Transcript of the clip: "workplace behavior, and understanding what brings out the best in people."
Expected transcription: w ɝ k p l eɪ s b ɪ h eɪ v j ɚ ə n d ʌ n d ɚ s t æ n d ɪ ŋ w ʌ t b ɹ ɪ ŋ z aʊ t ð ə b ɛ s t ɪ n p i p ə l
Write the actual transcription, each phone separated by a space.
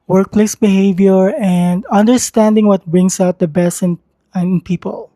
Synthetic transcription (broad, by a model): w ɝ k p l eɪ s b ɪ h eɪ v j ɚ ə n d ʌ n d ɚ s t æ n d ɪ ŋ w ʌ t b ɹ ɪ ŋ s aʊ t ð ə b ɛ s t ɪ n p i p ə l